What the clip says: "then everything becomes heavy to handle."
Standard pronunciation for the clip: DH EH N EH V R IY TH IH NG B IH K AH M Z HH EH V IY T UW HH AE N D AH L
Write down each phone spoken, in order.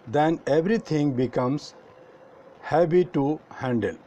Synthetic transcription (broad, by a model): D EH N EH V R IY T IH NG B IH K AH M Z HH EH B IY T UW HH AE N D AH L